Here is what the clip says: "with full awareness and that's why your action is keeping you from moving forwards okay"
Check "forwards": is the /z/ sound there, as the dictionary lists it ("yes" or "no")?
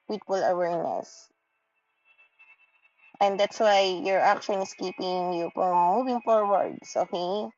no